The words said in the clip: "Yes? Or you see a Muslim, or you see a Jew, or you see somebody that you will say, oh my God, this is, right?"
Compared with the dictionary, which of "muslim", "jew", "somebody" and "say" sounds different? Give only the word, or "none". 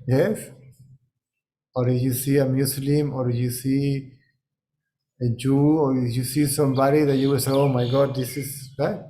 muslim